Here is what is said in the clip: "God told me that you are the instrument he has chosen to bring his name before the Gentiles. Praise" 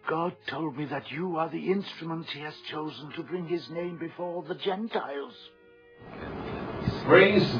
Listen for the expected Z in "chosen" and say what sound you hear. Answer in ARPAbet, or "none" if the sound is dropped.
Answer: Z